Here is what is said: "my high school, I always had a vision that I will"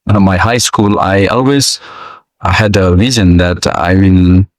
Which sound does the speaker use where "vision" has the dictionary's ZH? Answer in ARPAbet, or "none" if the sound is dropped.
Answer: Z